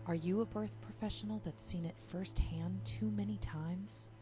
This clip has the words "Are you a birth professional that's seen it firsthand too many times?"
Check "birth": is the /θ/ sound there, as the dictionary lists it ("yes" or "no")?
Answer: yes